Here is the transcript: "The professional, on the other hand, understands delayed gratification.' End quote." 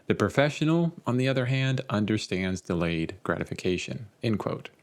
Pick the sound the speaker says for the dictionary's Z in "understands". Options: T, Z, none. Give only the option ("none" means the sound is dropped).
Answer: Z